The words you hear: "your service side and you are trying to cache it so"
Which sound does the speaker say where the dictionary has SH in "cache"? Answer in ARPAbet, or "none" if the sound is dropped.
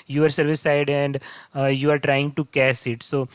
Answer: S